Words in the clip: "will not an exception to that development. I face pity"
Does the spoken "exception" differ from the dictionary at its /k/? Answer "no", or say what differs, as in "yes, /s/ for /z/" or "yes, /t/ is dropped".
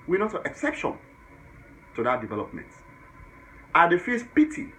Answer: no